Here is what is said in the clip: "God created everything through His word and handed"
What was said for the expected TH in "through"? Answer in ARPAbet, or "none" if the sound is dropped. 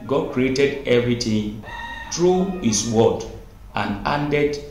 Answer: T